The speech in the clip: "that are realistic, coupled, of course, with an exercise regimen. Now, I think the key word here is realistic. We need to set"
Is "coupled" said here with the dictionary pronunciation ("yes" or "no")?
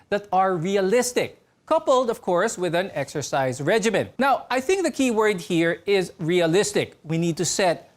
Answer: yes